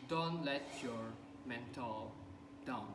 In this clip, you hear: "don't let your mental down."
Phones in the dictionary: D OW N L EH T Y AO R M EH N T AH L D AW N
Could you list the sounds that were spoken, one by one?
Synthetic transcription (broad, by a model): D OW N L EH T Y AO R M EH N T AH L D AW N